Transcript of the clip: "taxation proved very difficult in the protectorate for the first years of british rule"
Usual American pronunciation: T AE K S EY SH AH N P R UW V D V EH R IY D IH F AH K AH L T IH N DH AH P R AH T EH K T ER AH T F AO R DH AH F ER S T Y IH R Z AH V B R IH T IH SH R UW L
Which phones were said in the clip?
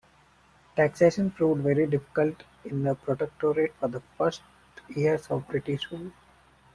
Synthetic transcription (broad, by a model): T AE K S EY SH AH N F R UW D V EH R IY D IH F AH K AH L T IH N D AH P R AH T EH K T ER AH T F AO R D AH F ER S T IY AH R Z AH V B R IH T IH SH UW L